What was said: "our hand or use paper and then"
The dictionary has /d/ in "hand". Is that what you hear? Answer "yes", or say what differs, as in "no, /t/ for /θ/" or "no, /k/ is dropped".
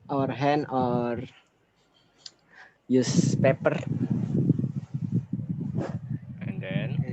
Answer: no, /d/ is dropped